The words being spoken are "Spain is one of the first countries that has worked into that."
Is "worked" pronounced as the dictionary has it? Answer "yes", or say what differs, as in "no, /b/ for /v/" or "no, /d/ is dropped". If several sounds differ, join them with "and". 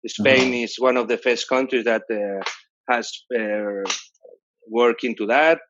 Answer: no, /t/ is dropped